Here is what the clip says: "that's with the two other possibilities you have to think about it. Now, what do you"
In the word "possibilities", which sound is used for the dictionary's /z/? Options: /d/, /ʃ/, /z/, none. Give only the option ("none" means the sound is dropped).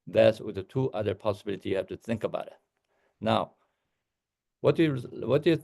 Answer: none